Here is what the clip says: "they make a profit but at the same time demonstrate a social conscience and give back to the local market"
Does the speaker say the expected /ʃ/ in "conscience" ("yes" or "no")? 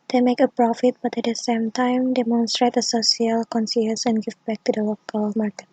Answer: no